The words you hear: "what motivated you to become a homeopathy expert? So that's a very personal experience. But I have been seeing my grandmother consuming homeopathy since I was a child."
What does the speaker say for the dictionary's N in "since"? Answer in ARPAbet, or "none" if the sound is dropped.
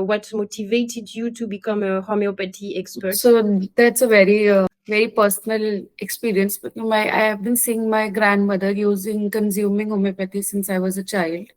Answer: N